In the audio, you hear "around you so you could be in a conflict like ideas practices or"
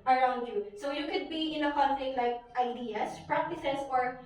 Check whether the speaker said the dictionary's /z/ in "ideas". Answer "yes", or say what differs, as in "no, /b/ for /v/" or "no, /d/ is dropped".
no, /s/ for /z/